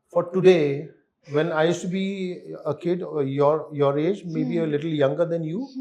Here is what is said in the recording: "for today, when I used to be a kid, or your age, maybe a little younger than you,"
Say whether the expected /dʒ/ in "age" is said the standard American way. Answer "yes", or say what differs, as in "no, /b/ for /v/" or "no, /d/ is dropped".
yes